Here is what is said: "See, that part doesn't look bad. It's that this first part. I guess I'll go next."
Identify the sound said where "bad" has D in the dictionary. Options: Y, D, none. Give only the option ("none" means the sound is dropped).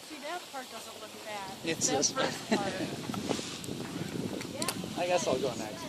none